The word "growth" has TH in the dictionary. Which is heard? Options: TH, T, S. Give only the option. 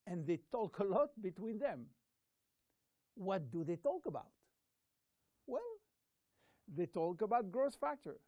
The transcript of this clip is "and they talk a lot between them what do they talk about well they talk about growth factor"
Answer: S